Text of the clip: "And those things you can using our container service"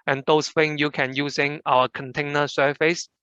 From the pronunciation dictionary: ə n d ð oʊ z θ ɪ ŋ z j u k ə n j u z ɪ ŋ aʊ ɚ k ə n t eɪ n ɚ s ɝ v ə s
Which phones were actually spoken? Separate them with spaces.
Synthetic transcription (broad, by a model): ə n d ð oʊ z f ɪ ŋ j u k ə n j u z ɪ ŋ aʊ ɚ k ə n t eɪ n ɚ s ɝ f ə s